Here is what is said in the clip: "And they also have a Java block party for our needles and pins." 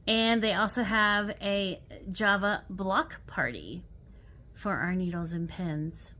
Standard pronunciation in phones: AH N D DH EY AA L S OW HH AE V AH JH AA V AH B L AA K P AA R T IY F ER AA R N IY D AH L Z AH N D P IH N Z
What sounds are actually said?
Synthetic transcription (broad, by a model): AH N DH EY AA L S OW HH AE V AH JH AA V AH B L AA K P AA R T IY F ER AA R N IY D L Z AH N P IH N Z